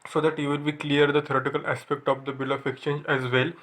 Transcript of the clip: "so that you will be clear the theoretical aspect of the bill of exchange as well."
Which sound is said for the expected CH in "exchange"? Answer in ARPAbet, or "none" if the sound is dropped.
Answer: CH